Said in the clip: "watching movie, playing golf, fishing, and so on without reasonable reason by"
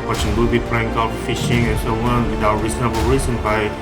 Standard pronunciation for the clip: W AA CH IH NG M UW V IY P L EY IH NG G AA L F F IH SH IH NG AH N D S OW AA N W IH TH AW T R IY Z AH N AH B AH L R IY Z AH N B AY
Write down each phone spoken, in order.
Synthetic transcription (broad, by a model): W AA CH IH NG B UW B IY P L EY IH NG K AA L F F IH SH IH NG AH N S OW AA N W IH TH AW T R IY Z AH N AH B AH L R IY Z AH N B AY